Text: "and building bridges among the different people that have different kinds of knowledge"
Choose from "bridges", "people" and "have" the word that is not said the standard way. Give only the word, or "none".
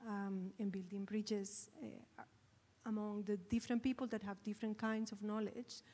bridges